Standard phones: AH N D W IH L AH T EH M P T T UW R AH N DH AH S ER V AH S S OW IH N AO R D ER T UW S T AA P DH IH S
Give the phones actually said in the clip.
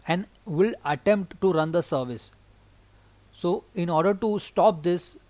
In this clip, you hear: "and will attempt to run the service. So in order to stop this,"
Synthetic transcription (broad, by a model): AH N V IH L AH T EH M P T T UW R AH N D AH S ER V AH S S OW IH N AO R D ER T UW S T AA P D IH S